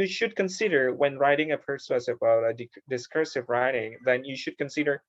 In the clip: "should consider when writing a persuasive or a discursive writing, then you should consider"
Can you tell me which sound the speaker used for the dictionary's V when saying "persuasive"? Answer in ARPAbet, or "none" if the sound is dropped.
B